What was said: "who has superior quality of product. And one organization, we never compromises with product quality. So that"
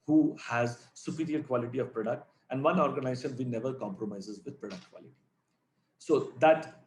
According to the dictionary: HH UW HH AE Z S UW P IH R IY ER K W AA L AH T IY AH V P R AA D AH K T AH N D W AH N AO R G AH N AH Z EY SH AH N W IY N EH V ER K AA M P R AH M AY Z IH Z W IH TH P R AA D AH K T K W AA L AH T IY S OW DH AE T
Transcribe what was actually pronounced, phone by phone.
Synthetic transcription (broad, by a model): HH UW HH AE Z S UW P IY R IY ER K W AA L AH T IY AH V P R AA D AH K T AH N D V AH N AO R G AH N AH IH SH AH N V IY N EH V ER K AA M P R AH M AY Z IH Z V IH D P R AA D AH K T K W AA L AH T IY S OW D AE T